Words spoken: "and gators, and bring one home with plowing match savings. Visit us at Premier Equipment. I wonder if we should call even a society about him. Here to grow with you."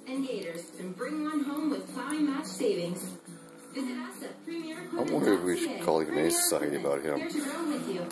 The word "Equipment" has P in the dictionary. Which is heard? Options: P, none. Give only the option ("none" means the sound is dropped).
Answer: none